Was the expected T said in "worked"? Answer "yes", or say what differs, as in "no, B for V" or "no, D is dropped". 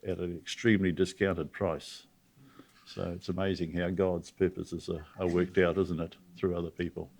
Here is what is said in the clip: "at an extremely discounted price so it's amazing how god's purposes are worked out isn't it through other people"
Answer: yes